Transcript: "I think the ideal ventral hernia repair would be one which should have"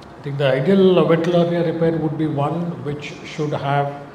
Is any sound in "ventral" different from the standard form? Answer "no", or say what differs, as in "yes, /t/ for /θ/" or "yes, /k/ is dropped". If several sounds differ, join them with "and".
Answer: yes, /n/ is dropped